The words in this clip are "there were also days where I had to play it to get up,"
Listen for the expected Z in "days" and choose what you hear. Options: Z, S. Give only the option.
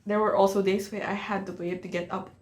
S